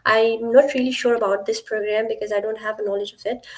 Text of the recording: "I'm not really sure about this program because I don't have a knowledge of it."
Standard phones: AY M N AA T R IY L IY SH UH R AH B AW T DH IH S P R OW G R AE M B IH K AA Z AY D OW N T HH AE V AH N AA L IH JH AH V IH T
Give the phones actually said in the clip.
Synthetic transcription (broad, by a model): AY M N AA T R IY L IY SH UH R AH B AW T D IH S P R OW G R AE M B IH K AA Z AY D OW N T HH AE V AH N AA L IH JH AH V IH T